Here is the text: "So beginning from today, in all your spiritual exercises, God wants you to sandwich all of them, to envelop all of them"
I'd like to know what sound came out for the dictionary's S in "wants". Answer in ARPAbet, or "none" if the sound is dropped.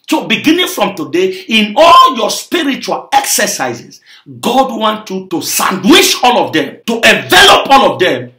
none